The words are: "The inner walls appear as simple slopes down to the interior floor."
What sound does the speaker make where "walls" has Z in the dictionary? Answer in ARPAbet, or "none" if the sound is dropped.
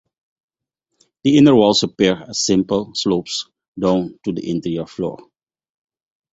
S